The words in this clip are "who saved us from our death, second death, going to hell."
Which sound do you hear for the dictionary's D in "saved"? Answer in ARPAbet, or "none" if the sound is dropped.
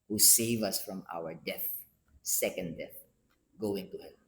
none